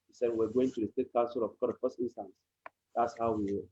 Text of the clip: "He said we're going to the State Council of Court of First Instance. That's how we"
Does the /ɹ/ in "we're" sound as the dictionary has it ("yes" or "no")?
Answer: no